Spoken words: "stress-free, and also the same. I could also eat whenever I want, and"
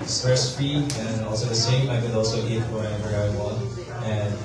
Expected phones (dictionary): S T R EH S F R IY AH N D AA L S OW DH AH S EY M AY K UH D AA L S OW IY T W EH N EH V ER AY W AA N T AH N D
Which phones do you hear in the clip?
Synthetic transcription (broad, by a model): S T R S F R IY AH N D AA L S OW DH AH S EY M AY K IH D AA L S OW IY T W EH IH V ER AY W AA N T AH N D